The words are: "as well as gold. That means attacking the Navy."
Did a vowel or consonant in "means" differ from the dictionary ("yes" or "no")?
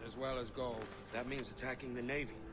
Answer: no